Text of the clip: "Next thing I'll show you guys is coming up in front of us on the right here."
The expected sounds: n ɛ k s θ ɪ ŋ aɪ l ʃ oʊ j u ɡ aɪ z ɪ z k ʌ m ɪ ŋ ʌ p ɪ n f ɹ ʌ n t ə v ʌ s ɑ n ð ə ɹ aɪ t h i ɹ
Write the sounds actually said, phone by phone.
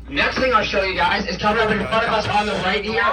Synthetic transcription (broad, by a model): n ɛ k s θ ɪ ŋ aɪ ʃ oʊ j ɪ ɡ aɪ z ɪ z k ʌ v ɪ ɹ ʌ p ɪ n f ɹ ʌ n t ə v ʌ s n ð ə ɹ aɪ t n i